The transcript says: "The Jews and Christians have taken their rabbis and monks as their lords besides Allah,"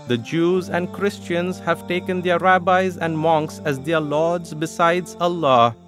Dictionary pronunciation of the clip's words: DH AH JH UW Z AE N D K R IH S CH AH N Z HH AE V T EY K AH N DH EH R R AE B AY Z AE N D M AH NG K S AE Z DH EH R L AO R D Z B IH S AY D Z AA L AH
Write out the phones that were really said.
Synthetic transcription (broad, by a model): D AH JH UW Z AE N D K R IH S CH AH N Z HH AE V T EY K AH N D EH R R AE B AY Z AE N D M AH NG K S AE Z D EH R L AO D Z B IH S AY D Z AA L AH